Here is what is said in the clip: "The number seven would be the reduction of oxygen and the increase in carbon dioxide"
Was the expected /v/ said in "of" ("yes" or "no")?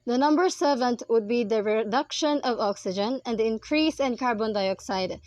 yes